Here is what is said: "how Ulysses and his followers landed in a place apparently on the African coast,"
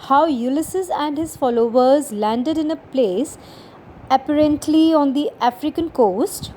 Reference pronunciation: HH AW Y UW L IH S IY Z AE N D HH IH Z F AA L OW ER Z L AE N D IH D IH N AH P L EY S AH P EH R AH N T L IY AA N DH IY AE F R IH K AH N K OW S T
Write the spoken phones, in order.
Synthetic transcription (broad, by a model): HH AW Y UW L IH S IY Z AE N D HH IH Z F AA L OW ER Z L AE N D IH D IH N AH P L EY S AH P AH R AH N T L IY AA N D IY AE F R IH K AH N K OW S T